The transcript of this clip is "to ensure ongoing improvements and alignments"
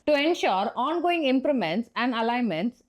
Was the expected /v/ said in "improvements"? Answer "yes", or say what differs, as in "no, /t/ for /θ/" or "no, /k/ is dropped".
no, /v/ is dropped